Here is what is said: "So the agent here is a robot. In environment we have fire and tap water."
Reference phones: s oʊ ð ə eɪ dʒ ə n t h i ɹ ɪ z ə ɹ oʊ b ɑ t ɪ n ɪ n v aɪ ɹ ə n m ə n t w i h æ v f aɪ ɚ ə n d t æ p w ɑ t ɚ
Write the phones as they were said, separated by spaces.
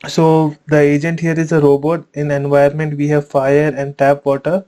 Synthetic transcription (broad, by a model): s oʊ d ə eɪ dʒ ə n t h i ɹ ɪ z ə ɹ oʊ b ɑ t ɪ n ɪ n v aɪ ə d m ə n t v i h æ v f aɪ ɚ ə n d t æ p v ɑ t ɚ